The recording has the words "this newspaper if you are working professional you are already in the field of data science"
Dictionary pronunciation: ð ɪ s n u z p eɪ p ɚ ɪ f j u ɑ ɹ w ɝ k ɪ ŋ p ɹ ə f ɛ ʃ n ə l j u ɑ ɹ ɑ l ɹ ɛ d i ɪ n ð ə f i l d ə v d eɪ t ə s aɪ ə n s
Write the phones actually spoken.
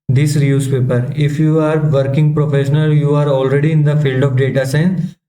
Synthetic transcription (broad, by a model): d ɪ s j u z p eɪ p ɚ ɪ f j u ɑ ɹ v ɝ k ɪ ŋ p ɹ ə f ɛ ʃ n ə l j u ɑ ɹ ɑ l ɹ ɛ d i ɪ n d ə f i l d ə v d eɪ t ə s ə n